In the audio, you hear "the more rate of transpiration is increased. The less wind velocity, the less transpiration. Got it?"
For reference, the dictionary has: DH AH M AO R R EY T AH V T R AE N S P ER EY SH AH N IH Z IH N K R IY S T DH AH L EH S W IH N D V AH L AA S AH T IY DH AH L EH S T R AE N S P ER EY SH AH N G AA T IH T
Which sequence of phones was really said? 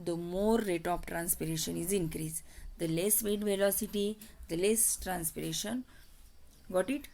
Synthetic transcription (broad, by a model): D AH M AO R R EY T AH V T R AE N S P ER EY SH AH N IH Z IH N K R IY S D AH L EH S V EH D V AH L AA S AH T IY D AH L EH S T R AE N S P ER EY SH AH N G AA T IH T